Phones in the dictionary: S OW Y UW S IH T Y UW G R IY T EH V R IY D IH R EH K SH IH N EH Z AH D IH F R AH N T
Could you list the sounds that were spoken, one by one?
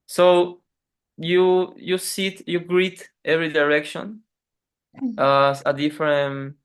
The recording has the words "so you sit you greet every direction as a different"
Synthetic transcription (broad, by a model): S OW Y UW S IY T Y UW G R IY T EH V R IY D IH R EH K SH IH N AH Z AH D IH F R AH N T